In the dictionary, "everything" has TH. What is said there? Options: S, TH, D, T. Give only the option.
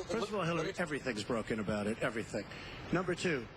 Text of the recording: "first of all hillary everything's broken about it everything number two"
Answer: TH